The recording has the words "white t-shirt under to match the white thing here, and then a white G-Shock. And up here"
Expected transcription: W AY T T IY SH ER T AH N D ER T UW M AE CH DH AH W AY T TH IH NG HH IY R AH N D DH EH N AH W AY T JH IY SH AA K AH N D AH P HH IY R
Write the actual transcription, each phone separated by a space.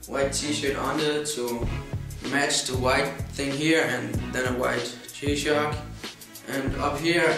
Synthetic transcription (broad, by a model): W AY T T IY SH ER T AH N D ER T UW M AE CH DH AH W AY T TH IH NG HH IY R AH N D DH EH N AH W AY T CH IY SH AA K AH N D AH P HH IY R